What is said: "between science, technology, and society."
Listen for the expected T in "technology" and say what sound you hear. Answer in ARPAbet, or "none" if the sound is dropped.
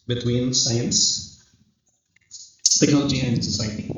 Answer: S